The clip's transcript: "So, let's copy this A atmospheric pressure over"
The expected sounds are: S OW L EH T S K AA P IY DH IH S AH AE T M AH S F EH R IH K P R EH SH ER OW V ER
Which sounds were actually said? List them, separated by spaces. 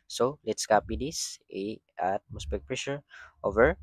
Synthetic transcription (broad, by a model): S OW L EH T S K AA P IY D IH S AH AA T M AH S P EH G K P R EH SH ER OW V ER